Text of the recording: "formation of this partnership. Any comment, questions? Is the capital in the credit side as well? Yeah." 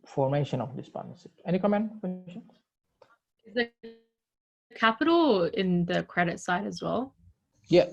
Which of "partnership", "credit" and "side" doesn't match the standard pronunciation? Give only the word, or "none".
partnership